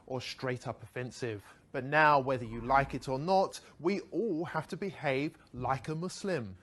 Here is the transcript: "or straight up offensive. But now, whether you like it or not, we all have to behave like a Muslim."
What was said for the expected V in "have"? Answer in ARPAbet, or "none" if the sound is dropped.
F